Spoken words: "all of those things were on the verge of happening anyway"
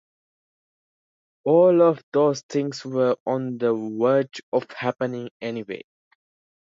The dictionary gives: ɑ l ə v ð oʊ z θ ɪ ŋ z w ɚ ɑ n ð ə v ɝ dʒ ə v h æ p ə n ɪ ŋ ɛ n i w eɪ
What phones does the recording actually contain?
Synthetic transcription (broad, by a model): ɑ l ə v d oʊ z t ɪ ŋ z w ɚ ɑ n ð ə w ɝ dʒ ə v h æ p ə n ɪ ŋ ɛ n i w eɪ